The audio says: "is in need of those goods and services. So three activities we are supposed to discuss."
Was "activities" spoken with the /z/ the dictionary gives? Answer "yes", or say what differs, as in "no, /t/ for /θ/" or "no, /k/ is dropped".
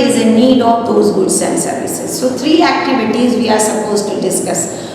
yes